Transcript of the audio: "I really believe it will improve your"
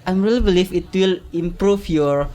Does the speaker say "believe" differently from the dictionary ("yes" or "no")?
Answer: yes